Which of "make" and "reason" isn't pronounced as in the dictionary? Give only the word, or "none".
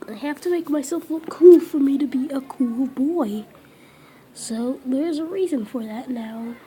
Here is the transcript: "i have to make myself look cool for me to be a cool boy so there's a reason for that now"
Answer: none